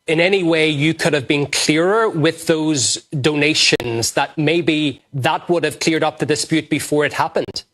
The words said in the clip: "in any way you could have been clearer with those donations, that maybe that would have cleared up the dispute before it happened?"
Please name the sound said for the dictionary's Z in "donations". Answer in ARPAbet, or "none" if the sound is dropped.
Z